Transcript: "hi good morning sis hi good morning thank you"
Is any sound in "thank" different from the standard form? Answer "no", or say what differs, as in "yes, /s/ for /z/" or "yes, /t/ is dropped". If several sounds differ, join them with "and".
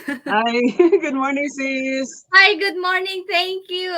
yes, /t/ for /θ/